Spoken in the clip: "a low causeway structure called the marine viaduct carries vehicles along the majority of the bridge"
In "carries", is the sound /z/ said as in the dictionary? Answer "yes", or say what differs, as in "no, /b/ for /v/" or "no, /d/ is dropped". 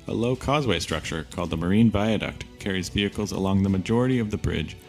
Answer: yes